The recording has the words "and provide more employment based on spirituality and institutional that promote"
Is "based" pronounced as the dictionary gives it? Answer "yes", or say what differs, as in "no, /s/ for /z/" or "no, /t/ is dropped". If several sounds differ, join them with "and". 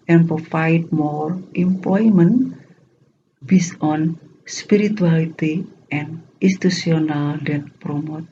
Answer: no, /t/ is dropped